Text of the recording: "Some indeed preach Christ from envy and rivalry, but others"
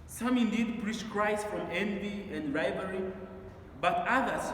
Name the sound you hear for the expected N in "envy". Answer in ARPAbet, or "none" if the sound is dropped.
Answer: N